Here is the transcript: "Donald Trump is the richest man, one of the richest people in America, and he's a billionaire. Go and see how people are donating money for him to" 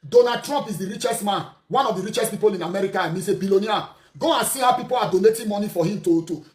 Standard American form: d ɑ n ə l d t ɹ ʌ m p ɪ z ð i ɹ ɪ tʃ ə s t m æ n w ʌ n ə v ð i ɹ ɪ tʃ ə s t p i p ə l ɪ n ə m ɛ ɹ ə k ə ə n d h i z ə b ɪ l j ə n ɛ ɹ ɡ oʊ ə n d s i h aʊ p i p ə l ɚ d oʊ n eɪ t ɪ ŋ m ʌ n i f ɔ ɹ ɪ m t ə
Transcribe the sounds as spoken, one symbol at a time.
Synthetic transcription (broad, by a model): d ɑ n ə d t ɹ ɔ m p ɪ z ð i ɹ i tʃ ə s t m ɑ n w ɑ n ə v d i ɹ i tʃ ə s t p i p ə l ɪ n ə m ɛ ɹ ə k ə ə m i s ə b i l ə n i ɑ ɡ oʊ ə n s i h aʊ p i p ə l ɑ d oʊ n eɪ t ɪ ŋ m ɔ n i f ɔ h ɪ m t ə